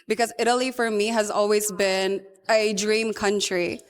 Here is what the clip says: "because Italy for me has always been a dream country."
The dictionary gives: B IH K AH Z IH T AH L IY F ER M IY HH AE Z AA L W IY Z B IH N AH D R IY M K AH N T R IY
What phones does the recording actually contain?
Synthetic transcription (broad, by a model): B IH K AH Z IH T AH L IY F ER M IY HH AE Z AA L W IY Z B IH N AH D R IY M K AH N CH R IY